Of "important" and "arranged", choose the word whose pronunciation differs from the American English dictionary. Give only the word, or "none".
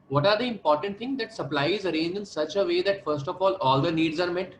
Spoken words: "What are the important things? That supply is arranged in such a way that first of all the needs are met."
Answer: arranged